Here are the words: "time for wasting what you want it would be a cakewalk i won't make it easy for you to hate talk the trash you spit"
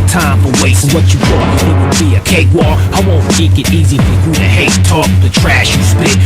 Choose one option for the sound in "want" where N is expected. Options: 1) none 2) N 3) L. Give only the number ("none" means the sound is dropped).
1